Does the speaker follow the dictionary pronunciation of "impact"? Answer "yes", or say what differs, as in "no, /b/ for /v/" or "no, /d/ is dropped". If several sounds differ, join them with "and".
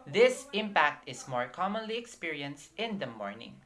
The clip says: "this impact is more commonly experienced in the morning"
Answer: yes